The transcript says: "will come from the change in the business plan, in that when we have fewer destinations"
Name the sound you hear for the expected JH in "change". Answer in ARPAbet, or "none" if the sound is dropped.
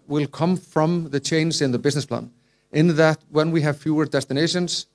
Z